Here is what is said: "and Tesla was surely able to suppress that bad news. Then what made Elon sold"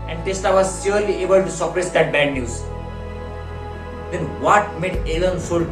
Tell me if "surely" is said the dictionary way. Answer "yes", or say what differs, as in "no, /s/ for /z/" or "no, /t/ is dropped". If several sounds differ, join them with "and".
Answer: no, /s/ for /ʃ/